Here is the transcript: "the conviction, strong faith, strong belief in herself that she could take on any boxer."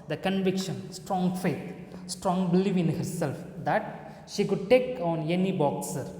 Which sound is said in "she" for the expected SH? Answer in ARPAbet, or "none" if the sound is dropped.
SH